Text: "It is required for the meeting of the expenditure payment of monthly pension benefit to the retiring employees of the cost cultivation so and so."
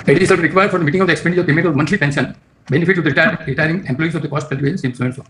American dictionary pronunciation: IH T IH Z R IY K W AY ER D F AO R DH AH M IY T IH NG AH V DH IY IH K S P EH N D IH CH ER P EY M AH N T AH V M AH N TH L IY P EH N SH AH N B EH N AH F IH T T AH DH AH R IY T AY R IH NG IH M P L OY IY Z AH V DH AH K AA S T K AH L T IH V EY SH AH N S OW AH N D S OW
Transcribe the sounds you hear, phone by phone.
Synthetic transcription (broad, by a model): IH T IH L R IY K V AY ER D F AO R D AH M IY T IH NG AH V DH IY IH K S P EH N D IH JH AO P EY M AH T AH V M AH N T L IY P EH N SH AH N B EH N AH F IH T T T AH R IY T AY R IH NG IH M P L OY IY S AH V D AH K AA S T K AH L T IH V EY S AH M S OW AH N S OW